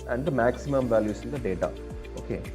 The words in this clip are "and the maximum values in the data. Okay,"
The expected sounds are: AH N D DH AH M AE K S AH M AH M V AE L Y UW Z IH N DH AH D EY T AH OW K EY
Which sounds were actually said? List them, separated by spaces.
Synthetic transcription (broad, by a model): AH N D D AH M AE K S AH M AH M V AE L Y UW S IH N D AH D EY T AH OW K EY